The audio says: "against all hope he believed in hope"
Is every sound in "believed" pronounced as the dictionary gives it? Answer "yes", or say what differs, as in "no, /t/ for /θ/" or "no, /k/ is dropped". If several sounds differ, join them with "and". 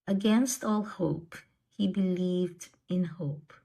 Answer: yes